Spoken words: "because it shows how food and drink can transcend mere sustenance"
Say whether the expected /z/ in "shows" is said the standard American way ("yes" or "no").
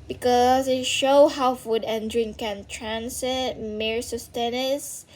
no